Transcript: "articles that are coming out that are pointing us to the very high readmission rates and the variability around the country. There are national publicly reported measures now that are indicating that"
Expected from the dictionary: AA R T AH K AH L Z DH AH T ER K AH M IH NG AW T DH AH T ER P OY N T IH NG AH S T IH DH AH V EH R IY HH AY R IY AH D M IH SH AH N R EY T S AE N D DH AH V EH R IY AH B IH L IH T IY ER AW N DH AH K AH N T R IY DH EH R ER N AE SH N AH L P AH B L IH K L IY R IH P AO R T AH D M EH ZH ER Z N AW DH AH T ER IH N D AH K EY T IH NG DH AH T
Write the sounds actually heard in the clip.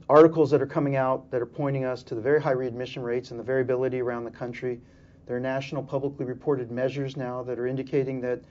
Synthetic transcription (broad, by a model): AA R T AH K L Z DH AH T ER K AH M IH NG AW T DH AH T ER P OY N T IH NG AH S T IH DH AH V EH R IY HH AY R IY AH D M IH SH AH N R EY T S N DH AH V EH R IY AH B IH L IH T IY ER AW N DH AH K AH N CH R IY DH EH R N AE SH N L P AH B L IH K L IY R IH P AO R T AH D M EH ZH ER Z N AW DH AH T ER IH N D AH K EY T IH NG DH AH T